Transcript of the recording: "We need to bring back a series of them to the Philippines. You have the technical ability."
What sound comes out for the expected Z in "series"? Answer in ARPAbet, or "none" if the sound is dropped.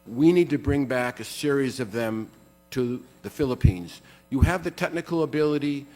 Z